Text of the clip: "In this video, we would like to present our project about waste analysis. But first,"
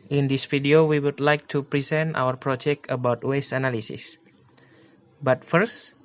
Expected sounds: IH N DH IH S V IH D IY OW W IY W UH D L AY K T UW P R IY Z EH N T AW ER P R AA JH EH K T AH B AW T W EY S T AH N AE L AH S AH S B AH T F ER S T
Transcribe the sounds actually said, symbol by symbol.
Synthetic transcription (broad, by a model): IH N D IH S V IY D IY OW W IY W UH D L AY K T UW P R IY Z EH N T AW ER P R AA JH EH K T AH B AW T W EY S AH N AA L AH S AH S B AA T F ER S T